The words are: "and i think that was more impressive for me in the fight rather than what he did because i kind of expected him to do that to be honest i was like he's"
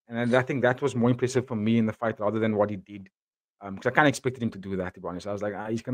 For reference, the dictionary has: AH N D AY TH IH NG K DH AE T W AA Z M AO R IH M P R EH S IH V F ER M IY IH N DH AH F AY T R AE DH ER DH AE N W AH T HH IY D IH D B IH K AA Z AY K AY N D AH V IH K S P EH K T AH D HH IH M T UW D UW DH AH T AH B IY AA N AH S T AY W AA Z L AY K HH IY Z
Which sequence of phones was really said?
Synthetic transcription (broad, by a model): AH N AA AY TH IH NG K DH AE T W AA Z M AO R IH M P R EH S IH V F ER M IY IH N DH AH F AY T R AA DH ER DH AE N W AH T HH IY D IH D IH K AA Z AY K AY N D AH IH K S P EH K T AH D HH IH M T UW D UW DH AH T AH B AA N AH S AY W AA Z L AY K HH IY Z